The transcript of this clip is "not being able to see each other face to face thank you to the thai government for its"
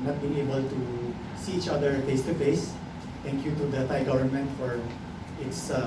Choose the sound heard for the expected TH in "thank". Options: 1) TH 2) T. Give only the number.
2